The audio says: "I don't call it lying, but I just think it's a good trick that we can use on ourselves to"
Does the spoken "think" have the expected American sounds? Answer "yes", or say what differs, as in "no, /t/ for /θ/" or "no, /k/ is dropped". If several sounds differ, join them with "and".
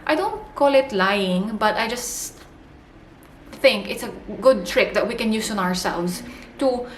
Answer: yes